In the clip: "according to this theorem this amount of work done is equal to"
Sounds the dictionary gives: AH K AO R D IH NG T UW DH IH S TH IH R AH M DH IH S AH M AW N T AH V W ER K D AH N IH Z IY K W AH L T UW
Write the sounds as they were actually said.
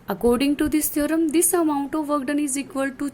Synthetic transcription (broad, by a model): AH K AO R D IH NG T UW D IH S T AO R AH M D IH S AH M AW N T AH V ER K D AH N IH Z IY K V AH L T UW